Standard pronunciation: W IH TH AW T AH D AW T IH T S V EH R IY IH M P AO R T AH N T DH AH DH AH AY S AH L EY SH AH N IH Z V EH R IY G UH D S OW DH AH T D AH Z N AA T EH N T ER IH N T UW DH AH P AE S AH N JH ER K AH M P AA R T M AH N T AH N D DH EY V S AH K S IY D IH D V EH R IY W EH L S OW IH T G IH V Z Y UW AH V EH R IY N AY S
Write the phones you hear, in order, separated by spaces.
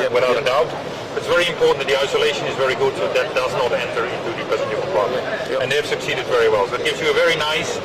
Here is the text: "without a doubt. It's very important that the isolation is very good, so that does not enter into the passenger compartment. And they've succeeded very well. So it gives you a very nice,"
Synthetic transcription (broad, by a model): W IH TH AW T AH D AW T IH T S V EH R IY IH M P AO R T N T DH AH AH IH S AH L EY SH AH N IH Z V EH R IY G UH D S OW DH AH T D AH Z N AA T EH N T ER IH N T UW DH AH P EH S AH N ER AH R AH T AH N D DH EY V S AH K S IY D IH D V EH R IY W EH L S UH IH T G IH V Z Y AH V EH R IY N AY S